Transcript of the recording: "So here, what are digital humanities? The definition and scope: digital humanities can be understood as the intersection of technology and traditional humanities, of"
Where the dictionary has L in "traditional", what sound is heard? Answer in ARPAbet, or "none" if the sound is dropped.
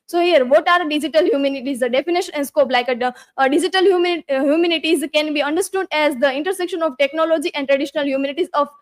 L